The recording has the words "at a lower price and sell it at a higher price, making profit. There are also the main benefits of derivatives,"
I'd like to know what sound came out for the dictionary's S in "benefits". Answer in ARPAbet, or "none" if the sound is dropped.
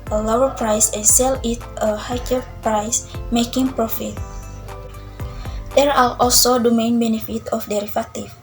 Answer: none